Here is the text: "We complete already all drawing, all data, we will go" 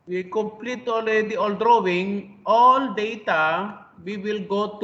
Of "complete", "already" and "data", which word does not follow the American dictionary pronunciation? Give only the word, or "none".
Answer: already